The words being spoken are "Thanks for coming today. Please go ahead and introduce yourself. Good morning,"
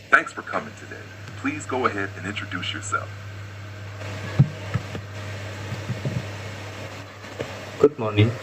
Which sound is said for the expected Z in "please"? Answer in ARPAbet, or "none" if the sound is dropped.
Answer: Z